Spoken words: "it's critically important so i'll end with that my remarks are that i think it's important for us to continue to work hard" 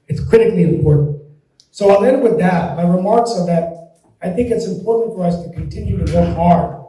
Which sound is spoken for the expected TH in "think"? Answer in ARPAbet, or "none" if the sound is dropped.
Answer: TH